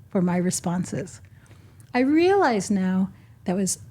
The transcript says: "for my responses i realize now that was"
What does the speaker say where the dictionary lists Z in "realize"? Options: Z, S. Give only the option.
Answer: Z